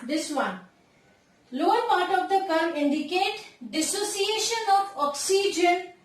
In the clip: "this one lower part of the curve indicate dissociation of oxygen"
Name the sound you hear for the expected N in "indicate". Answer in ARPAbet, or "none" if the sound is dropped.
N